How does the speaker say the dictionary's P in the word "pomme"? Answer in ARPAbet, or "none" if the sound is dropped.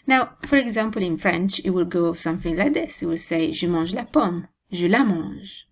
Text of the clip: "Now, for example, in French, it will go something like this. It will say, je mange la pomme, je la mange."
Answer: P